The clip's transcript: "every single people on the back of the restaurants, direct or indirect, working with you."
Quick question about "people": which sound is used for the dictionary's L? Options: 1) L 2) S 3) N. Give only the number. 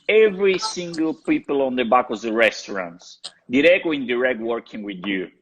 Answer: 1